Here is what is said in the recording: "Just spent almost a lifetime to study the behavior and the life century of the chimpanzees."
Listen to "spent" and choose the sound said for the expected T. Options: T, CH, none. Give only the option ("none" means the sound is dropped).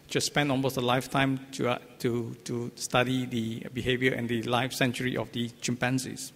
none